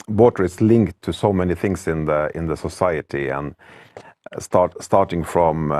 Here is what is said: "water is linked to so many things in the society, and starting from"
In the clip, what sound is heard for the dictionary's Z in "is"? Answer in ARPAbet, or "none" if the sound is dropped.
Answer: S